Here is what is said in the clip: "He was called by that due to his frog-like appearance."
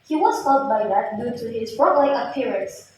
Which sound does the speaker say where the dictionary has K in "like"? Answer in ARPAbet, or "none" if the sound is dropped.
none